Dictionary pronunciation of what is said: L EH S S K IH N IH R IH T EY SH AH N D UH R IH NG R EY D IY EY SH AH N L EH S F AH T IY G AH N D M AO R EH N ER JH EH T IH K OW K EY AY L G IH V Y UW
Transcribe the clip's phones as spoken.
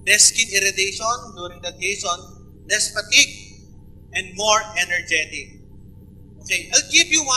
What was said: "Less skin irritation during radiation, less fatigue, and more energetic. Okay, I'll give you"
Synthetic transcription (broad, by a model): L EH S S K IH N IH R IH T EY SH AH N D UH R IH NG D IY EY S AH N L EH S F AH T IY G AH N D M AO R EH N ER JH EH T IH K OW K EY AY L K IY P Y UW